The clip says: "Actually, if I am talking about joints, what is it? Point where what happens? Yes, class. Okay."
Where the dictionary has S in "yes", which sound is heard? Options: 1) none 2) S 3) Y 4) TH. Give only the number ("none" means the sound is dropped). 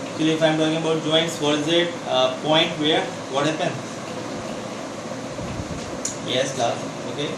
2